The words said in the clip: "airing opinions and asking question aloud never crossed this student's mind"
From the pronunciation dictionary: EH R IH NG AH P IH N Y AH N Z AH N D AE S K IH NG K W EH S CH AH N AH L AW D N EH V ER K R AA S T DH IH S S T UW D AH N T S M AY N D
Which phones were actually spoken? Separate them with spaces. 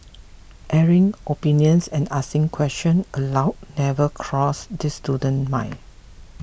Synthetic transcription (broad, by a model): EH R IH NG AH P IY N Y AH N S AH N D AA S IH NG K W EH S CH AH N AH L AW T N EH V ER K R AA S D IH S S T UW D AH N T M AY